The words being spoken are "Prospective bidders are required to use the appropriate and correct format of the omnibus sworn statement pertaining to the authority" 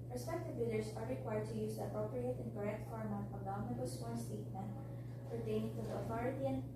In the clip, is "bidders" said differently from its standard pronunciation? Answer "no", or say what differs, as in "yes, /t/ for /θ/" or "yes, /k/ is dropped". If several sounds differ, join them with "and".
yes, /s/ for /z/